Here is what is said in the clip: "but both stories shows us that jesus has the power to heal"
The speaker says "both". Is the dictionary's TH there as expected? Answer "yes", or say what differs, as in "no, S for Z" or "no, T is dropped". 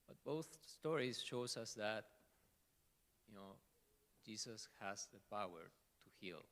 yes